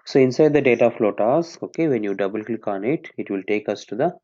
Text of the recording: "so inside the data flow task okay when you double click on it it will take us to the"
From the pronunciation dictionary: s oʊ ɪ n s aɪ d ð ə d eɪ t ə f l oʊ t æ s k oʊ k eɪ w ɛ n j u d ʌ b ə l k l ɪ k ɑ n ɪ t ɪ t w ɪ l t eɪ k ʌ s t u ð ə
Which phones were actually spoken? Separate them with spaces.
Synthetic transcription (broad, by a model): s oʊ ɪ n s aɪ d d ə d eɪ t ə f l oʊ t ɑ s oʊ k eɪ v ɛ n j u d ʌ b ə l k l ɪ k ɑ n ɪ t ɪ t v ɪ l t eɪ k ʌ s t u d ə